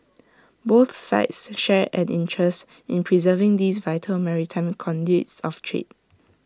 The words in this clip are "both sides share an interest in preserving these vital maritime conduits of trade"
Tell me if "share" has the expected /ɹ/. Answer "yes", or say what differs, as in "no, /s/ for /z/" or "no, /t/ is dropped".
yes